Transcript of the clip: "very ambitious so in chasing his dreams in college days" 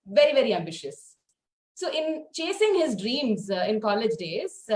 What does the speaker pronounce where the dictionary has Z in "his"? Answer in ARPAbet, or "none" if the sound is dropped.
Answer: Z